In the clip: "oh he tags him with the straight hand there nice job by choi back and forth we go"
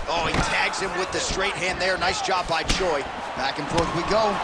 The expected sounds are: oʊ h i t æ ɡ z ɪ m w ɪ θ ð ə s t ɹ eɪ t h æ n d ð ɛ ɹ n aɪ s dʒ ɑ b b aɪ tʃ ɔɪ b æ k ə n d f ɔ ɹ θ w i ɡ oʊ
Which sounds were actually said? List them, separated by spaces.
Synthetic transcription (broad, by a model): oʊ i t æ ɡ z ɪ m w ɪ ð ə s t ɹ eɪ t h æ n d ð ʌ ɹ n aɪ s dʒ ɑ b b aɪ tʃ ɔɪ b æ k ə n f ɔ ɹ θ w i ɡ oʊ